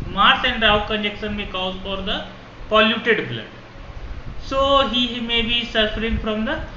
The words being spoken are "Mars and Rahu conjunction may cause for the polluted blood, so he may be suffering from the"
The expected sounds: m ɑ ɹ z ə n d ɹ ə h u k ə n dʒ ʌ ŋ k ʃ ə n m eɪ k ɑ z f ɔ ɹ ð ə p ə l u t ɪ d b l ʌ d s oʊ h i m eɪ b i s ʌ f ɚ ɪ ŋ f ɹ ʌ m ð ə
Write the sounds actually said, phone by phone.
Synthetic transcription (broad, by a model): m ɑ ɹ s ə n d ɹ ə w k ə n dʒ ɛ k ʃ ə n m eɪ k ɑ z f ɔ ɹ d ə p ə l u t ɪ d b l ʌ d s oʊ h i m eɪ b i s ʌ f ɚ ɪ ŋ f ɹ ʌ m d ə